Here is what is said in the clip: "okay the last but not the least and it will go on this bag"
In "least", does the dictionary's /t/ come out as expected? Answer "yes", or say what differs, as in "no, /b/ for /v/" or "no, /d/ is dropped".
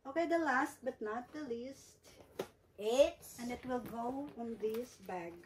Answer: yes